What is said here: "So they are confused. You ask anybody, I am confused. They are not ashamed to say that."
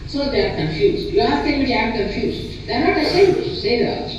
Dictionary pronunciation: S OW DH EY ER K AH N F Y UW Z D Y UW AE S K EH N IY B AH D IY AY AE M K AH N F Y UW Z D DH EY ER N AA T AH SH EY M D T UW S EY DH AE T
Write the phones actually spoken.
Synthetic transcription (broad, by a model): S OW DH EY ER K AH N F Y UW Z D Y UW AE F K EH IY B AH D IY AY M K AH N F Y UW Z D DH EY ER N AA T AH S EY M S T UW S EY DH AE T